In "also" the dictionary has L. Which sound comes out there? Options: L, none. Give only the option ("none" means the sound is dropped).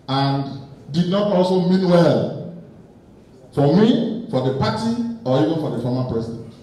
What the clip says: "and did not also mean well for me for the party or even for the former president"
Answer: L